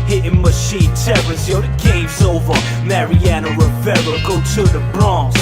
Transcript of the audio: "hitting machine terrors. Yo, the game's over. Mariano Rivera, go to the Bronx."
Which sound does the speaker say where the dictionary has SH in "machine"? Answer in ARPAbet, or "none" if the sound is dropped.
SH